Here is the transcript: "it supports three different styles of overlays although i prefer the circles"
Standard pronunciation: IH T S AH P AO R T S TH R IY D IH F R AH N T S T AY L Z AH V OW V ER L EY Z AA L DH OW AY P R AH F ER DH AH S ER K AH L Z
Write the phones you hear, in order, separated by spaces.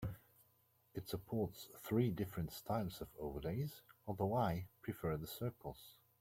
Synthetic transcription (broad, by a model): IH T S AH P AO R T S TH R IY D IH F R AH N T S T AY L Z AH V OW V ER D EY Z AA L DH OW AY P R AH F ER DH AH S ER K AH L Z